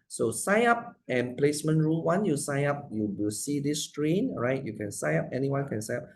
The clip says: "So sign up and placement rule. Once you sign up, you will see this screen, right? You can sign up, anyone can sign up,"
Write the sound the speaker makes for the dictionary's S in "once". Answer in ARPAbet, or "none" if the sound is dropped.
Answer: none